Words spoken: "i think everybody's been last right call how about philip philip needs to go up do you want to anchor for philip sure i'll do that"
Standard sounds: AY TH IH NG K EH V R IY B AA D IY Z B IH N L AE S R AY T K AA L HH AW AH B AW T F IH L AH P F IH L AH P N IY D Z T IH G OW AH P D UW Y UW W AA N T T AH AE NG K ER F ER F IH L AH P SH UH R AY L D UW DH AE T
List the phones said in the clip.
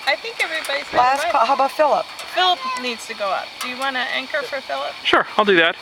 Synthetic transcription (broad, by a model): AY TH IH NG K EH V R IY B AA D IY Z L AE S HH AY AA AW AH B AW T F IH L AH P F IH L AH P N IY D Z T IH G OW AH P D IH Y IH W AA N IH T AE NG K ER F ER F IH L AH P SH UH R AY L D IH DH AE T